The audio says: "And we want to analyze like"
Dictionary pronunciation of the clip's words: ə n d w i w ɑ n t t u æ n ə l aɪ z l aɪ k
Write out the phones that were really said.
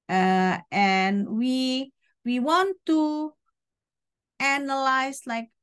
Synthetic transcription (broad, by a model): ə n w w i w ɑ n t t u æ n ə l aɪ s l aɪ k